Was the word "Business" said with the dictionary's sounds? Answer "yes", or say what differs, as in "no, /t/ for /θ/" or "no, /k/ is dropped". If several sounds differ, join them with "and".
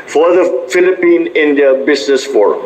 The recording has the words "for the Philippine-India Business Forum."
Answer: no, /s/ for /z/